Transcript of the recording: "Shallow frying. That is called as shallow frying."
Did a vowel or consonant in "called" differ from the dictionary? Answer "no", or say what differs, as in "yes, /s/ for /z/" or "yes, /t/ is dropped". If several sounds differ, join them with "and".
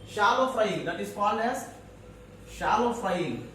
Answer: yes, /d/ is dropped